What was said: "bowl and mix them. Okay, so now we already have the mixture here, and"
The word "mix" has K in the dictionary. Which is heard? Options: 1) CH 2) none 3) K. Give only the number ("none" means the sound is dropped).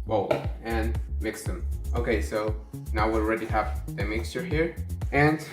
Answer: 3